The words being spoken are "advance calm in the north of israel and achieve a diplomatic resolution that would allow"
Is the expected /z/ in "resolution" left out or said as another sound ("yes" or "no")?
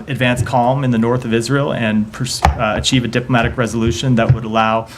no